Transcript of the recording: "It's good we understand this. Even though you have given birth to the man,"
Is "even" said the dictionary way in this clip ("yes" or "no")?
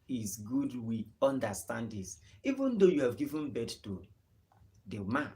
yes